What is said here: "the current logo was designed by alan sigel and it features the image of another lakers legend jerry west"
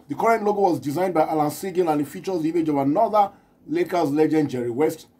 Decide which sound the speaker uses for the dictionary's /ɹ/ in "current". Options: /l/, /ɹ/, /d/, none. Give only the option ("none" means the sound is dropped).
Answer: /ɹ/